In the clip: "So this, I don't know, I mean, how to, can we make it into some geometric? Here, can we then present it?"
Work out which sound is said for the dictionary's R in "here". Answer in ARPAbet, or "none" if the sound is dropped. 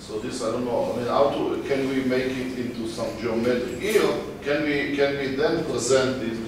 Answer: W